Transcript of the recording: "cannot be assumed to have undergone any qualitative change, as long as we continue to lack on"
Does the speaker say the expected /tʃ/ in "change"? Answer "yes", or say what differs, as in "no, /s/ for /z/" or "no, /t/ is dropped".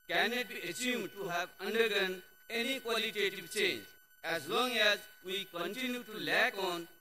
yes